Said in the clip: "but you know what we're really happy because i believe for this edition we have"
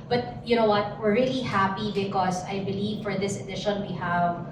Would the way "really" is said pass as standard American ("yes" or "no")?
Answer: yes